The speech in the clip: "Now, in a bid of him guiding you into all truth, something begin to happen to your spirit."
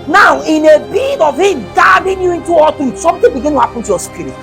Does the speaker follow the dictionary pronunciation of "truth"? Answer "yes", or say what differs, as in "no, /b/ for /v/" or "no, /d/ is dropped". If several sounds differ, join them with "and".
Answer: no, /ɹ/ is dropped